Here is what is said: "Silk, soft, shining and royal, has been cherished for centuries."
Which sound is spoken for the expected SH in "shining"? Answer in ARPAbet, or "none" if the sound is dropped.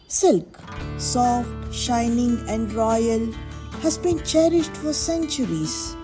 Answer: SH